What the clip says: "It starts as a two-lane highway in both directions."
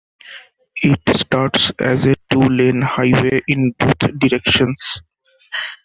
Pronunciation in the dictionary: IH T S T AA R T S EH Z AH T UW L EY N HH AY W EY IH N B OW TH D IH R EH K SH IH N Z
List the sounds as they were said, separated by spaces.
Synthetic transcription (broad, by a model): IH T S T AA R T S EH Z AH T UW L EY N HH AY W EY IH N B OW T D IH R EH K SH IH N S